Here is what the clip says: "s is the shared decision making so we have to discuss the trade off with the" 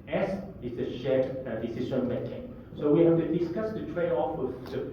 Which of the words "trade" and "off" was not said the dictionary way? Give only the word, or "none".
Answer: trade